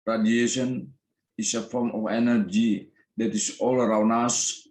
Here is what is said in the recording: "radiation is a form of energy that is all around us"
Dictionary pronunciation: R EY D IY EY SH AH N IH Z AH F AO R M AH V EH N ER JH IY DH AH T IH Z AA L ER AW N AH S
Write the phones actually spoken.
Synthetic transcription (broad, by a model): R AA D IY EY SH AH N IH S AH F AO R M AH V EH N ER JH IY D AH T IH S AA L ER AW N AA S